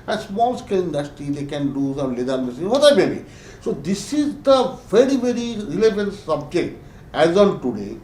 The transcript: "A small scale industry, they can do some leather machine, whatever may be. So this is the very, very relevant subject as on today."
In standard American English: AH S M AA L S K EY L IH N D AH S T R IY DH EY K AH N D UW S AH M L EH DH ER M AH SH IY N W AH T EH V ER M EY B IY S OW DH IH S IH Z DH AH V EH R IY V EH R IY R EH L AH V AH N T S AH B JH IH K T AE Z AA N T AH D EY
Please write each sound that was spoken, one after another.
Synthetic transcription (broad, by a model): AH S M AA L S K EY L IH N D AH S T IY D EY K AH N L UW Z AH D L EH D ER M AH S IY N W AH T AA IH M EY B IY S OW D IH S IH Z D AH V EH R IY V EH R IY R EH L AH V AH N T S AH B JH IH K T AE Z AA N T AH D EY